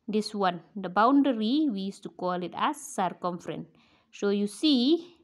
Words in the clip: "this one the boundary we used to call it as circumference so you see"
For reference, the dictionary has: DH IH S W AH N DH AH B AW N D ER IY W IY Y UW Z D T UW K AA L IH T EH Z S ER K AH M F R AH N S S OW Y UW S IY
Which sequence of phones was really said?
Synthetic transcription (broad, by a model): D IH S W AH N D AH B AW N D ER IY W IY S T UW K AA L IH T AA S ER K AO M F R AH N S S OW Y UW S IY